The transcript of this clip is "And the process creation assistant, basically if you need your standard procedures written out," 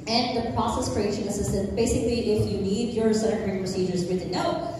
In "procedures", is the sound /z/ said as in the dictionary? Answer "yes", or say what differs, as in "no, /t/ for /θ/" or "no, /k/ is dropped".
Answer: yes